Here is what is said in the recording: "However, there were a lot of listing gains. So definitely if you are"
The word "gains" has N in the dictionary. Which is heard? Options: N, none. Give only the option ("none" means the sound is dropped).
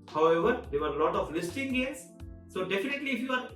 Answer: none